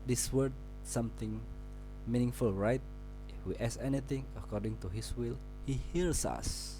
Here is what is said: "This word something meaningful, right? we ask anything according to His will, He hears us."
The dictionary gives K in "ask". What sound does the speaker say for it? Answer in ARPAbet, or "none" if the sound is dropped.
none